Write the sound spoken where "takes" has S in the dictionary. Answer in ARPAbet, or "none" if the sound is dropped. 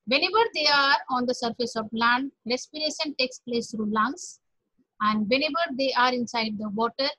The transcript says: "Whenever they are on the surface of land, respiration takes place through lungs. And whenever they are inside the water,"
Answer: S